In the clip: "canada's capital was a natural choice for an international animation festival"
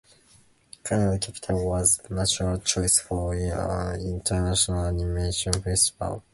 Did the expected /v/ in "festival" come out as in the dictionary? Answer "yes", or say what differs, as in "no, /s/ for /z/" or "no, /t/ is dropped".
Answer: no, /p/ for /v/